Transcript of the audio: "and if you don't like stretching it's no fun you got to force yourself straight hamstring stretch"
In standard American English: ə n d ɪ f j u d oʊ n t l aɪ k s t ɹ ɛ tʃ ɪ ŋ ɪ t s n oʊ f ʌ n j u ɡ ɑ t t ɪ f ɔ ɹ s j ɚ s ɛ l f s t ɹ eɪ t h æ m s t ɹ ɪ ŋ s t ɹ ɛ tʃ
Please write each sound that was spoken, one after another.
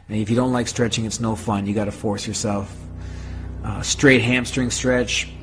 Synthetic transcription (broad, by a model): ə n ɪ f j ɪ d oʊ n t l aɪ k s t ɹ ɛ tʃ ɪ ŋ ɪ t s n oʊ f ʌ n j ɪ ɡ ɑ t t ɪ f ɔ ɹ s j ɚ s ɛ l f s t ɹ eɪ t h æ m s t ɹ ɪ ŋ s t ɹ ɛ tʃ